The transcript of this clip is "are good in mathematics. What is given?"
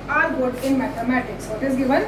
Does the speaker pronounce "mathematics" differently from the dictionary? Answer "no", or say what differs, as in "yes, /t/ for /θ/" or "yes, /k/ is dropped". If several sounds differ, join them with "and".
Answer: yes, /t/ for /θ/